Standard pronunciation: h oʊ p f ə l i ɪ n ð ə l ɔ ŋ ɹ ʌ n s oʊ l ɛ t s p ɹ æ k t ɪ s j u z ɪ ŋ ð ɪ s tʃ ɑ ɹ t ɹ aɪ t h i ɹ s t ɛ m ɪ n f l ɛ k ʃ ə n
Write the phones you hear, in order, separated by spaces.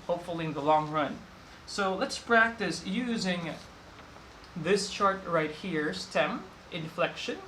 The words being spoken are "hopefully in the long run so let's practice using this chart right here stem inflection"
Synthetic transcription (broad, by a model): h oʊ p f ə l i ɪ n ð ə l ɔ ŋ ɹ ʌ n s oʊ l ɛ t s p ɹ æ k t ɪ s j u z ɪ ŋ ð ɪ s tʃ ɑ ɹ t ɹ aɪ t h i ɹ s t ɛ m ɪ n f l ɛ k ʃ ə n